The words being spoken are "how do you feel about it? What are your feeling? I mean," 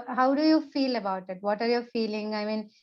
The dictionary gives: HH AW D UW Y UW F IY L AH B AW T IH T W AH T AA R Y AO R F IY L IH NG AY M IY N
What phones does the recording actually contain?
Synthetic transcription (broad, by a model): HH AW D UW Y UW F IY L AH B AW T IH T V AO T AA R Y AO R F IY L IH NG AY M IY N